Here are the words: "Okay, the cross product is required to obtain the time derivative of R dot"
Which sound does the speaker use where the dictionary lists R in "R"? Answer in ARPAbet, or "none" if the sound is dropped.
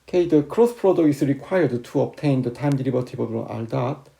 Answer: L